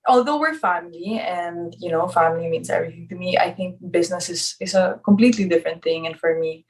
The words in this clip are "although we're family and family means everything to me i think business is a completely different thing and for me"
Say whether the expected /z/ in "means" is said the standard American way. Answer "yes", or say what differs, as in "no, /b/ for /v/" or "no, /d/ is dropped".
no, /s/ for /z/